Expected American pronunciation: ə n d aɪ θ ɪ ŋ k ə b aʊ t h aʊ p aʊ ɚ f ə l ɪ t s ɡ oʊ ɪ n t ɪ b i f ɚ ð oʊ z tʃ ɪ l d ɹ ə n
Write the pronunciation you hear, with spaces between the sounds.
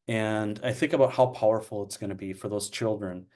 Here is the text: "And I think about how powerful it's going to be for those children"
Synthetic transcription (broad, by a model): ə n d aɪ θ ɪ ŋ k ə b aʊ t h aʊ p aʊ ɚ f l ɪ t s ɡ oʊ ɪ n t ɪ b i f ɚ ð oʊ z tʃ ɪ l d ɹ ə n